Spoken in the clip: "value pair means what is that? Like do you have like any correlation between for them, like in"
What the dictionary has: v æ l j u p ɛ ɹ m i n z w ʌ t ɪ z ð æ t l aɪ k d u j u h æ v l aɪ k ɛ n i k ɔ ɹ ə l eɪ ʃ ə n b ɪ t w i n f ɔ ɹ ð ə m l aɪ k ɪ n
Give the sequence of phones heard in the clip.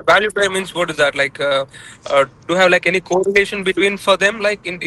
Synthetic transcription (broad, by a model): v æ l j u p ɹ m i n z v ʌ t ɪ z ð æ t l aɪ k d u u h æ v l aɪ k ɛ n i k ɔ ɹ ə n eɪ ʃ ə n b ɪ t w i n f ɔ ɹ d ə m l aɪ k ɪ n